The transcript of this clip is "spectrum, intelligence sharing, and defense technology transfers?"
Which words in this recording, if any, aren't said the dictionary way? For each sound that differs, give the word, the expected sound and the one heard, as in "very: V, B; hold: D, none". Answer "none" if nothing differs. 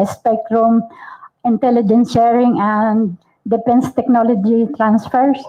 defense: F, P